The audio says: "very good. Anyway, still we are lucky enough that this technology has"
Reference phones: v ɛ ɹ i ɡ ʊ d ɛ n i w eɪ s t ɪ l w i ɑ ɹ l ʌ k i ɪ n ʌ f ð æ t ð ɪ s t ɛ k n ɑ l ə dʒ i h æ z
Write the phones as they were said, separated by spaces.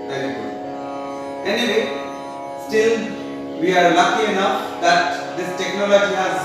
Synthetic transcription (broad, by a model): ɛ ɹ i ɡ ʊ ɛ n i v eɪ s t ɪ l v i ɑ ɹ l ʌ k i ɪ n ʌ f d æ t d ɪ s t ɛ k n ɑ l ə dʒ i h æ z